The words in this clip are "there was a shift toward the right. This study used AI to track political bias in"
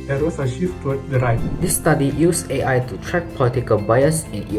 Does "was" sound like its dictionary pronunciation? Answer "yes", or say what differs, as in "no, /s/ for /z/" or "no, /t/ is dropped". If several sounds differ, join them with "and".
no, /s/ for /z/